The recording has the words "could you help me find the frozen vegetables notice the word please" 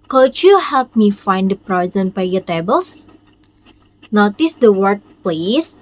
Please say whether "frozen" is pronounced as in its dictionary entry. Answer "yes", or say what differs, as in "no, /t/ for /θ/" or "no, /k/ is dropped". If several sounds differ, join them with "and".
no, /p/ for /f/